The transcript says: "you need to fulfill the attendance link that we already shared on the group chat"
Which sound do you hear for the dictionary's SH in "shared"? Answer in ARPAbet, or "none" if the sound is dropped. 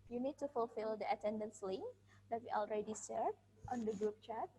S